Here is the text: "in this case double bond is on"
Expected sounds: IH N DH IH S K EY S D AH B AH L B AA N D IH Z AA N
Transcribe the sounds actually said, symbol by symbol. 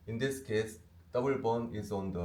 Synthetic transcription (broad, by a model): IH N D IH S K EY S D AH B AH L B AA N IH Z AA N